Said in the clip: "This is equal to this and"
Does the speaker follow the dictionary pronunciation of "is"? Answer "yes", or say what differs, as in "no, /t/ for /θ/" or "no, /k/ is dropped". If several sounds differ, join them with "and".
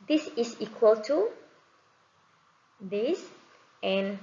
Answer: no, /s/ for /z/